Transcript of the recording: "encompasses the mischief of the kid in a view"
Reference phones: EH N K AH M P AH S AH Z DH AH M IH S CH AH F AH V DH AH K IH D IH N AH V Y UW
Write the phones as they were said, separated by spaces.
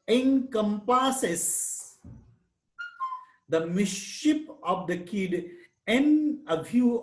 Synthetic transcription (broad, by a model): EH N K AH M P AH S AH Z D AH M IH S SH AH P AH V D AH K IH D IH N AH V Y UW